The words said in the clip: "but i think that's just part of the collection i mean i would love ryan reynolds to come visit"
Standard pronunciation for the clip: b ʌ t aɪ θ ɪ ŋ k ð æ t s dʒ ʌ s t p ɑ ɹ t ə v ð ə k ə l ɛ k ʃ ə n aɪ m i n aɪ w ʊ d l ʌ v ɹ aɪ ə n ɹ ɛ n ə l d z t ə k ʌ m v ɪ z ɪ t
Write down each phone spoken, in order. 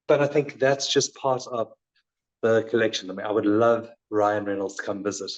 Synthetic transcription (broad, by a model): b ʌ t aɪ θ ɪ ŋ k ð æ t s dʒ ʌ s p ɑ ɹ t ə v ð ə k ə l ɛ k ʃ ə n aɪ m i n aɪ w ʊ d l ʌ v ɹ aɪ ə n ɹ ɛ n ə l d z t ə k ʌ m v ɪ z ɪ t